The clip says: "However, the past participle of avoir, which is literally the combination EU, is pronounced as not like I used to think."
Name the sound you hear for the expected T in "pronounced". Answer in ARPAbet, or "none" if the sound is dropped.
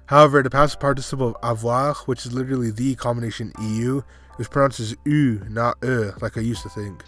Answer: none